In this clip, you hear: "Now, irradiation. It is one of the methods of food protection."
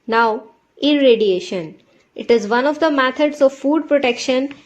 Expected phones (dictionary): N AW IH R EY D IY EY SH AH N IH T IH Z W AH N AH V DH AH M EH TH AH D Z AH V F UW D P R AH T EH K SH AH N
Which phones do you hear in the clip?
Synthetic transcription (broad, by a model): N AW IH R EY D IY EY SH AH N IH T IH Z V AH N AH V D AH M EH T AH D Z AH V F UW D P R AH T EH K SH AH N